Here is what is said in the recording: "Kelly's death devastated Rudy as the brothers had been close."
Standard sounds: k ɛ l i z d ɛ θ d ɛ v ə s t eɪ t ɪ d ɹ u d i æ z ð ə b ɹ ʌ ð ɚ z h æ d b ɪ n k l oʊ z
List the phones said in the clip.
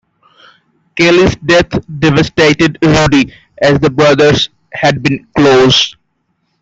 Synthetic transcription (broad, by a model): k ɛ l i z d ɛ t d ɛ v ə s t eɪ t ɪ d ɹ u d i æ z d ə b ɹ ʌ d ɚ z h æ d b ɪ n k l oʊ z